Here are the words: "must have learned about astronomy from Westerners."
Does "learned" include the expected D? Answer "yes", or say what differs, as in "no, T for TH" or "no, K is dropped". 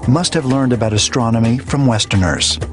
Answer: yes